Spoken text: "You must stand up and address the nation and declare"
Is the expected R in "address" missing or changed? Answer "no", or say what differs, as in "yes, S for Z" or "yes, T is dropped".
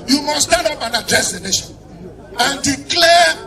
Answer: yes, R is dropped